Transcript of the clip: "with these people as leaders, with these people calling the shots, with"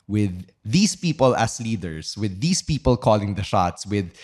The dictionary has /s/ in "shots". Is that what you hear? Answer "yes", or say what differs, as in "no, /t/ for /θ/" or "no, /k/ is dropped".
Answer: yes